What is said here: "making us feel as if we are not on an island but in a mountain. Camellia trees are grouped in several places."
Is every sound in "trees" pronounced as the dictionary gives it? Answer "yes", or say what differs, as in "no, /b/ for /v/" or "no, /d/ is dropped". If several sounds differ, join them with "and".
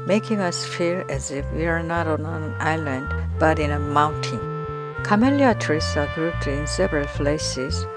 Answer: no, /s/ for /z/